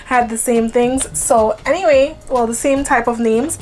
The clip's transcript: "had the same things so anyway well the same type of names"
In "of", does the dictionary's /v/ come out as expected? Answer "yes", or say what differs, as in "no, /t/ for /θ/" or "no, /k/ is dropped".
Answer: yes